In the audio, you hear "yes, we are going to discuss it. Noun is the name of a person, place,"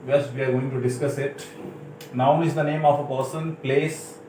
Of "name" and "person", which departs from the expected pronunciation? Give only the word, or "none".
none